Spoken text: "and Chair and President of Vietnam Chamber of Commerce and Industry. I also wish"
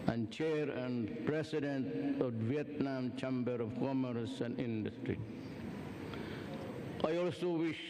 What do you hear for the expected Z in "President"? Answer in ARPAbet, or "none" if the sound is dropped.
S